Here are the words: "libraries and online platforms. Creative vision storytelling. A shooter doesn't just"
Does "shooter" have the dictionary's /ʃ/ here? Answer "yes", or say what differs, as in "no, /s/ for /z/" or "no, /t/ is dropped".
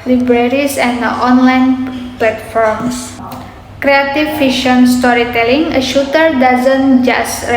yes